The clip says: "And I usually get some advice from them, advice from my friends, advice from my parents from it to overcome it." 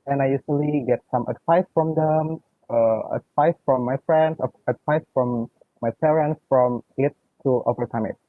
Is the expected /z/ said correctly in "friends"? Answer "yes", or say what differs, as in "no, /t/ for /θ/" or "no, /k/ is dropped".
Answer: no, /s/ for /z/